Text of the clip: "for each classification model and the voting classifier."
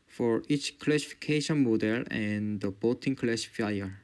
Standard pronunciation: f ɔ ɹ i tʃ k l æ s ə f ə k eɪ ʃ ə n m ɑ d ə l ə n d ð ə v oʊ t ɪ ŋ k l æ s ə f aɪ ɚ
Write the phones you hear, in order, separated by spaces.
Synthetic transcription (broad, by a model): f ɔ ɹ i tʃ k l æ s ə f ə k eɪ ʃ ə n m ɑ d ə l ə n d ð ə b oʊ t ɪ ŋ k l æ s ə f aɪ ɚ